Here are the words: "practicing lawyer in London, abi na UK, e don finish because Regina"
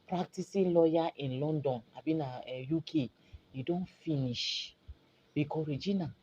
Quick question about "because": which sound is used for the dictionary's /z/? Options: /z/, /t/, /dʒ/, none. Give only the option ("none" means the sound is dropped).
none